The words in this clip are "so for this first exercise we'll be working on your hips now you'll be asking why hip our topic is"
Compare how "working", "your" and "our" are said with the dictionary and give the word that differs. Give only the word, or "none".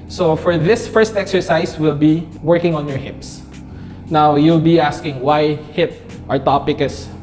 none